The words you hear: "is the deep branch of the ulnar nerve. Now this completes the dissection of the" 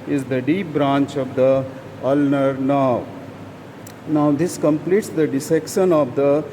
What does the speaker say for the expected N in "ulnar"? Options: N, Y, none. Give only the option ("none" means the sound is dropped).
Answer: N